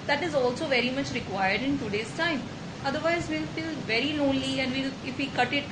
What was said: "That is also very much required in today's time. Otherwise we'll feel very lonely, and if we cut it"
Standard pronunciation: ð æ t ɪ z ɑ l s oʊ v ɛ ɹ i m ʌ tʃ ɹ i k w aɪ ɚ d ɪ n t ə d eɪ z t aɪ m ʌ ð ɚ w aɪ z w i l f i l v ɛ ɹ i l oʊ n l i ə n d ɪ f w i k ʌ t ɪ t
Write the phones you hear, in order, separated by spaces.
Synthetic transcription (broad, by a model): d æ t ɪ z ɑ l s oʊ v ɛ ɹ i m ʌ tʃ ɹ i k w aɪ ɚ d ɪ n t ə d eɪ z t aɪ m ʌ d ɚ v aɪ z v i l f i l v ɛ ɹ i l oʊ n l i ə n d ɪ f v i k ʌ t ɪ t